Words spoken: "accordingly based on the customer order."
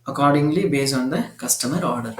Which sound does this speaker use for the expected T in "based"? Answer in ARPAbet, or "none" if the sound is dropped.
none